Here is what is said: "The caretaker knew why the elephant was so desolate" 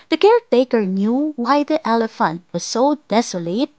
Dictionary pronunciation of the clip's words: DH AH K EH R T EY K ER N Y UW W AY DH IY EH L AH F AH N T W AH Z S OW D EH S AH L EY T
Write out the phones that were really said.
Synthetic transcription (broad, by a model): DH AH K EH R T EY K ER N Y UW W AY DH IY EH L AH F AH N T W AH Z S OW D EH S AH L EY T